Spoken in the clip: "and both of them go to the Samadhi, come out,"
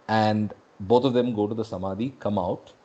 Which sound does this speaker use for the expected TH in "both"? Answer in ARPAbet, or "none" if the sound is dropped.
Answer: T